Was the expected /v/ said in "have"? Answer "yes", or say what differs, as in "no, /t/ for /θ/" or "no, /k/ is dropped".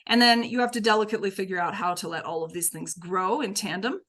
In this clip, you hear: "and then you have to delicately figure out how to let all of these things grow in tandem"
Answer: no, /f/ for /v/